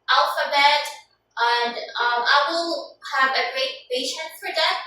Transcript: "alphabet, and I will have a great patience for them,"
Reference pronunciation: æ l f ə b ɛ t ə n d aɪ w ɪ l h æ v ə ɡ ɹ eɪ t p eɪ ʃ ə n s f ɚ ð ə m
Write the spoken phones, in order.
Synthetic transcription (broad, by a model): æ l f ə b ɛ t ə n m aɪ w ɪ l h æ v ə ɡ ɹ eɪ t b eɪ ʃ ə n f ɚ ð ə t